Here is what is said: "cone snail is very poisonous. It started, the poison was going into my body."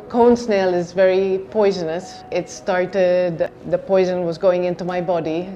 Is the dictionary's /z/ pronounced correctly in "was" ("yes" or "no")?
yes